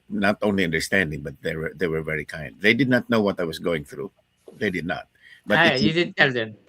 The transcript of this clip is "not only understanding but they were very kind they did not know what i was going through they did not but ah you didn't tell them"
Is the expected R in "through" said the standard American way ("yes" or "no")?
yes